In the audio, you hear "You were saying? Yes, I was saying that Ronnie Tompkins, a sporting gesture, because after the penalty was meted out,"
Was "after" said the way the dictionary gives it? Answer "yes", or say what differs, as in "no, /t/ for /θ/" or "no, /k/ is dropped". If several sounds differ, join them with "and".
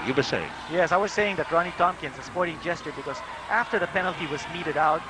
yes